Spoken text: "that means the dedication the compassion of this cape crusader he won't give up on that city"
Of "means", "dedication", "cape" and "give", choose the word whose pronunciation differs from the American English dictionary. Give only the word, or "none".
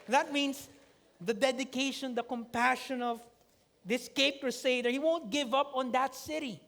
means